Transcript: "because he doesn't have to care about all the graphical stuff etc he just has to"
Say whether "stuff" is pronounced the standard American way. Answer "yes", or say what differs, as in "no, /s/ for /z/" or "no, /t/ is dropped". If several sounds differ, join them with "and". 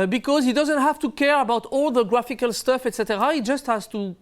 yes